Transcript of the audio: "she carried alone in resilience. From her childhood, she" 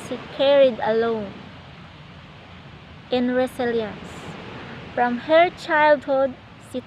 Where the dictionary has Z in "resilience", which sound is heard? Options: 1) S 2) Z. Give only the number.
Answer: 1